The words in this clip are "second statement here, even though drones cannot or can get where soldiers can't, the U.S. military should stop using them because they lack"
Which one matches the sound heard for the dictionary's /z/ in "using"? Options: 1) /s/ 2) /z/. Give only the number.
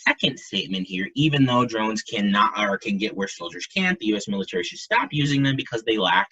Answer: 2